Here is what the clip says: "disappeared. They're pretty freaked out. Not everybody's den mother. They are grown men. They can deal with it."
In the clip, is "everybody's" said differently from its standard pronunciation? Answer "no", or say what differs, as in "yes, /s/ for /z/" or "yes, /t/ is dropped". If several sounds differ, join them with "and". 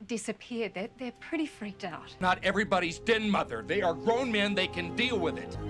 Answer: no